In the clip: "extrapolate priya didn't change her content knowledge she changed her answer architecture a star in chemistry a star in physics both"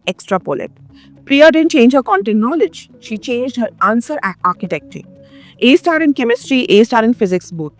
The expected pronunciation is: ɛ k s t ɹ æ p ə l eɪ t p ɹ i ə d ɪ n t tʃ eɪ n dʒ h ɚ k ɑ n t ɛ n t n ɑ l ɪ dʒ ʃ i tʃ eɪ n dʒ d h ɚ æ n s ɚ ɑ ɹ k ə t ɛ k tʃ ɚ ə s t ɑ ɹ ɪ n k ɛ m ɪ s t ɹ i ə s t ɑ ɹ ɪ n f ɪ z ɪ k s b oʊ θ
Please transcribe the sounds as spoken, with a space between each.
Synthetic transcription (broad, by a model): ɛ k s t ɹ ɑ p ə l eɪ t p ɹ i ə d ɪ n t tʃ eɪ n dʒ h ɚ k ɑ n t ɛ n n ɑ l ɪ dʒ ʃ i tʃ eɪ n dʒ d h ɚ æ n s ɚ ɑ ɹ k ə t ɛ k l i ə s t ɑ ɹ ɪ n k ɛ m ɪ s t ɹ i ə s t ɑ ɹ ɪ n f ɪ z ɪ k s b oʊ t